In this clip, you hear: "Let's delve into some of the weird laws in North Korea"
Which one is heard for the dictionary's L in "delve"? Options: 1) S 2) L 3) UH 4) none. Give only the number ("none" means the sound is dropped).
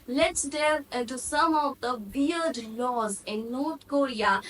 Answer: 4